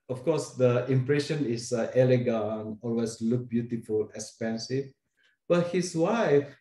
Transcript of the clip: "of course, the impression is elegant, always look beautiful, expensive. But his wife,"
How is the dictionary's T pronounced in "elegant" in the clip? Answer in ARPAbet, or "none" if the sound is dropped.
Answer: none